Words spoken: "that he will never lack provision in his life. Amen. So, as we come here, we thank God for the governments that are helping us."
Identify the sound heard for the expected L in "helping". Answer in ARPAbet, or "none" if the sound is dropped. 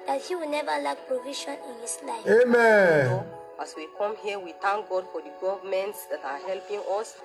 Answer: L